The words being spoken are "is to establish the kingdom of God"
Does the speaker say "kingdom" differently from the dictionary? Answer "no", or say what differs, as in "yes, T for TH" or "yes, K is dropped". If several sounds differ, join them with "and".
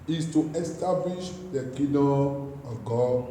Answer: yes, NG is dropped